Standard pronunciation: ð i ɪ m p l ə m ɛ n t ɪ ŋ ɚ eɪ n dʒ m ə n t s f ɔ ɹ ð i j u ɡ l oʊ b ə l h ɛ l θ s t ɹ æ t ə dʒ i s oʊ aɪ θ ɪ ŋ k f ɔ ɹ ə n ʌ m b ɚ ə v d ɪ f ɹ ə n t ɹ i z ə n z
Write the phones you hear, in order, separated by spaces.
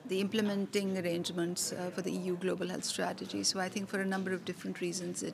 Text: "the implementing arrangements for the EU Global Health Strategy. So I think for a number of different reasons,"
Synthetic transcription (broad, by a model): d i ɪ m p l ə m ɛ n t ɪ ŋ ɚ eɪ n dʒ m ə n t s f ɔ ɹ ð i j u ɡ l oʊ b ə l h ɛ l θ s t ɹ æ t ə dʒ i s oʊ aɪ t ɪ ŋ k f ɔ ɹ ə n ʌ m b ɚ ə v d ɪ f ɹ ə n t ɹ i z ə n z